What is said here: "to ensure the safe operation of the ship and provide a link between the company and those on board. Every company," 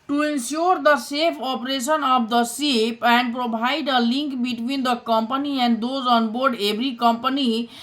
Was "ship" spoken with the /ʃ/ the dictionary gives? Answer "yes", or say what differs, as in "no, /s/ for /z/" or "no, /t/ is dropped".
no, /s/ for /ʃ/